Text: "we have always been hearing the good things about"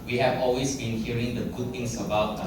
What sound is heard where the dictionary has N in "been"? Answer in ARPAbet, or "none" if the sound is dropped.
N